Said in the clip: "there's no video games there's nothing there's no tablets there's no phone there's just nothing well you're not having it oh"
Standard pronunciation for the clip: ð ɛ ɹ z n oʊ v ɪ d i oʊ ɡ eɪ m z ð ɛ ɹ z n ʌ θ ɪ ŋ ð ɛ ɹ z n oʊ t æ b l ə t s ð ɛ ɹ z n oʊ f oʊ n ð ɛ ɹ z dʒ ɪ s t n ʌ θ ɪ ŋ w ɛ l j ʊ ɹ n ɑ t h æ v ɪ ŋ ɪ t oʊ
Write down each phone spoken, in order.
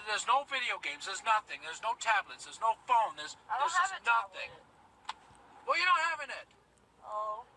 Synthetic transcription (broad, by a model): ð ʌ ɹ z n oʊ v ɪ d i oʊ ɡ eɪ m z ð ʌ ɹ z n ʌ θ ɪ ŋ ð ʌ ɹ z n oʊ t æ b l ə t s ð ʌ ɹ z n oʊ f oʊ n ð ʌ ɹ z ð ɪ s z n ʌ θ ɪ ŋ w ɛ l j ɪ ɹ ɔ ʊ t h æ v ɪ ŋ ɪ t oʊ